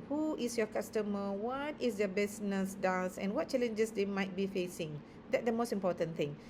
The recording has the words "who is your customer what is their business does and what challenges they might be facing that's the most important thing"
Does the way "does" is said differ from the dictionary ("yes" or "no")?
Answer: yes